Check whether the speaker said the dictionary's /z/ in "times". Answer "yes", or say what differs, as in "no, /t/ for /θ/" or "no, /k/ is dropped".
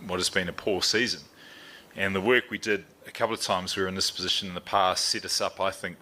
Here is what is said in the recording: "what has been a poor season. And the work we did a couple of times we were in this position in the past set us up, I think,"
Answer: yes